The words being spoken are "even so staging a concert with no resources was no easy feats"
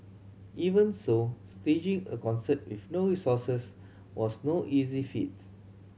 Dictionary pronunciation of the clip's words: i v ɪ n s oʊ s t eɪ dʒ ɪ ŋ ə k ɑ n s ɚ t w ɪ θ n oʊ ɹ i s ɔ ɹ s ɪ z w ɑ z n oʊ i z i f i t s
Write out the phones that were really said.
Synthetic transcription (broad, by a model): i v ɪ n s oʊ s t eɪ dʒ ɪ ŋ ə k ɑ n s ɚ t w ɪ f n oʊ ɹ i s ɔ s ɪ s w ɑ s n oʊ i z i f i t